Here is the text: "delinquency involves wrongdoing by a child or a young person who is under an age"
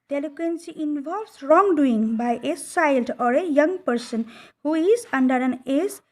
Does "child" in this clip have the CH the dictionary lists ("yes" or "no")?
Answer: no